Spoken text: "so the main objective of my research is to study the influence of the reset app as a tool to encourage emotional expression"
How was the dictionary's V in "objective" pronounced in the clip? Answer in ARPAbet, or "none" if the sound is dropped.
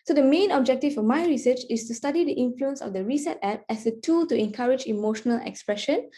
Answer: F